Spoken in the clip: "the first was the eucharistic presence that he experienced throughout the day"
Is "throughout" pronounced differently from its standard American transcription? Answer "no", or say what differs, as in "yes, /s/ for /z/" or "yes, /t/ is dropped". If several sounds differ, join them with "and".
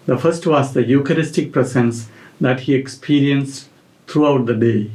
yes, /t/ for /θ/